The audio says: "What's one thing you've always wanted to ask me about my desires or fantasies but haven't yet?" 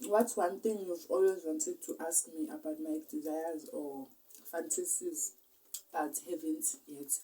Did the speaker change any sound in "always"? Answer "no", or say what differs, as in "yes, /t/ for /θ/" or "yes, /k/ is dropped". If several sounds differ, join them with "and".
no